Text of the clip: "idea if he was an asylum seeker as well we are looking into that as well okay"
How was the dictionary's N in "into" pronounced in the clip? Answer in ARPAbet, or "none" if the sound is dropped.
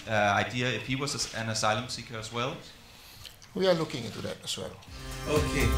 none